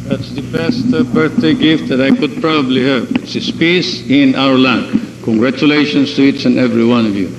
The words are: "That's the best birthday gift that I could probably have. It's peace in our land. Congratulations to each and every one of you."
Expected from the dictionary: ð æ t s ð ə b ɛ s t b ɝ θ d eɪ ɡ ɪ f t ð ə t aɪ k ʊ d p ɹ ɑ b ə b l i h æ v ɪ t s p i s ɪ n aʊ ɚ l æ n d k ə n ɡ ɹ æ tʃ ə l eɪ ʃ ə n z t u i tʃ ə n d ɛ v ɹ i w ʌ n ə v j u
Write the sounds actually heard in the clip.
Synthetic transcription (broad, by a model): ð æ t s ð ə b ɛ s t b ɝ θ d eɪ ɡ ɪ f t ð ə t aɪ k ʊ d p ɹ ɑ b ə b l i h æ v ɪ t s p i s ɪ n aʊ ɚ l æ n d k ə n ɡ ɹ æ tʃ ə l eɪ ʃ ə n s t u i s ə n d ɛ v ɹ i w ʌ n ə v j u